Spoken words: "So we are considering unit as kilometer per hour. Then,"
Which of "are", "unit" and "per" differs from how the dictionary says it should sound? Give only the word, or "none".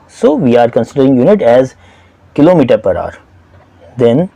none